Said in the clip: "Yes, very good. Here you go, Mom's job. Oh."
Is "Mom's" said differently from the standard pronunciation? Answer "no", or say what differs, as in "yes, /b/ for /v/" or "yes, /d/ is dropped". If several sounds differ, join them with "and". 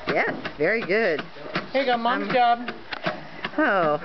yes, /z/ is dropped